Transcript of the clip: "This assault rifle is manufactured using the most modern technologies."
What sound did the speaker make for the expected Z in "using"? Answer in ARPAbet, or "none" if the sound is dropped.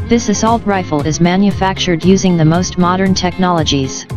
Z